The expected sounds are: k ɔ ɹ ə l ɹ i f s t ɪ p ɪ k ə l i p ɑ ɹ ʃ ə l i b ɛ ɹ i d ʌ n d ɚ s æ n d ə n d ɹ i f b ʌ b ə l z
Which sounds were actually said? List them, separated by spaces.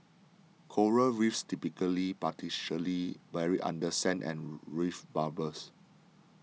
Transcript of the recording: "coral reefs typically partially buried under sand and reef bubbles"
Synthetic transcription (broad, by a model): k ɔ ɹ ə ɹ i f s t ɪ p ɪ k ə l i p ɑ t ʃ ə l i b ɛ ɹ i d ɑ n d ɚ s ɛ n ə n ɹ i f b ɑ b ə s